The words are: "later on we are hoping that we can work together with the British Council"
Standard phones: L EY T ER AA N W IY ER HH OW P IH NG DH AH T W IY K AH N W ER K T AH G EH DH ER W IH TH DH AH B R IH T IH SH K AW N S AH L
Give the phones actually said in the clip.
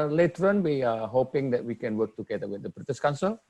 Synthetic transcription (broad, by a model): L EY T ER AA N W IY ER HH OW P IH NG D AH T W IY K AH N W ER K T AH G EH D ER W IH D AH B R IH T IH S K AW N S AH L